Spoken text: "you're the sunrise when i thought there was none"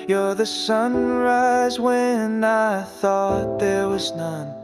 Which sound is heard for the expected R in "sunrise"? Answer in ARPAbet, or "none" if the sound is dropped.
R